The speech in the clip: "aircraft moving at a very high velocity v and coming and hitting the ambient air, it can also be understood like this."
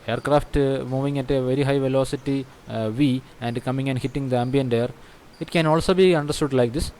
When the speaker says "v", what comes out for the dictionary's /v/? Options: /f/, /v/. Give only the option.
/v/